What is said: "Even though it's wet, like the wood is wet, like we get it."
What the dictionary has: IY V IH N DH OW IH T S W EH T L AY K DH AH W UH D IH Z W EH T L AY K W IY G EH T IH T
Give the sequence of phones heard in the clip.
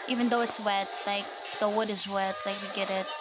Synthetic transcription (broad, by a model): IY V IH N DH OW IH T S W EH T L AY K DH AH W UH D IH Z W EH T L AY K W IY G EH T IH T